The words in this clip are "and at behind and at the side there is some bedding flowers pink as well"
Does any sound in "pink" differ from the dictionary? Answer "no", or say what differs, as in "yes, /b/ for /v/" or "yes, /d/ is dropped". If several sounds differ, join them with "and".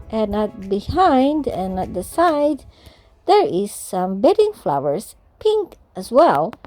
no